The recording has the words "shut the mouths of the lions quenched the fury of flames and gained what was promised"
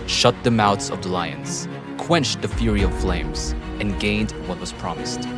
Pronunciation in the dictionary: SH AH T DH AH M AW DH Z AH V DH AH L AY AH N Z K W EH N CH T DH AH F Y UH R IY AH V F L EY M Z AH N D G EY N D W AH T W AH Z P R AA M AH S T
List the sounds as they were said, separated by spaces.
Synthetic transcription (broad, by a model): SH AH T DH AH M AW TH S AH V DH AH L AY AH N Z K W EH N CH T DH AH F Y UH R IY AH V F L EY M Z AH N G EY N D W AH T W AH Z P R AA M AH S T